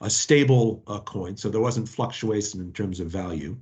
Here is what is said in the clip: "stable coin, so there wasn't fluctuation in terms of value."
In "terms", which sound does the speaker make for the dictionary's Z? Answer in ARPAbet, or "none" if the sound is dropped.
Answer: Z